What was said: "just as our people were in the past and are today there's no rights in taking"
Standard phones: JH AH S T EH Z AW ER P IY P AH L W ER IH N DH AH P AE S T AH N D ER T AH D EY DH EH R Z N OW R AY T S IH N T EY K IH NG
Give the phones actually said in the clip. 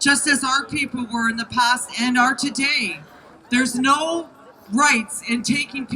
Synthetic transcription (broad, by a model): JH AH S T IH Z AW ER P IY P L W ER IH N DH AH P AE S T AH N ER T AH D EY DH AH R Z N OW R AY T S IH N T EY K IH NG